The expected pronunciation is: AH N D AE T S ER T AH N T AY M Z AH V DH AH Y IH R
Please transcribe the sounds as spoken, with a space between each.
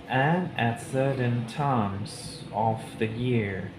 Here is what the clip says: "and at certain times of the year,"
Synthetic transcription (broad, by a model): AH N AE T S ER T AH N T AY M Z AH F DH AH Y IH R